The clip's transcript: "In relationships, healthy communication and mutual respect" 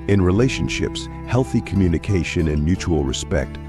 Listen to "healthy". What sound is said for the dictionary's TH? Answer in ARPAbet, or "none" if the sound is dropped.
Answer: TH